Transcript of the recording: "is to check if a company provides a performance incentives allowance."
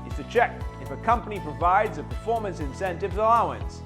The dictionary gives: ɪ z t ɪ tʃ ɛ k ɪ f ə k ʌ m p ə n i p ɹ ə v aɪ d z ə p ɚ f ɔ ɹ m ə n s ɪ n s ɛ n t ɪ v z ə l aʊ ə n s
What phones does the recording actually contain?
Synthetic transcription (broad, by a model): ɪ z t ɪ tʃ ɛ k ɪ f ə k ʌ m p ə n i p ɹ ə v aɪ d z ə p ɚ f ɔ ɹ m ə n s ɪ n s ɛ n t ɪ v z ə l aʊ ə n s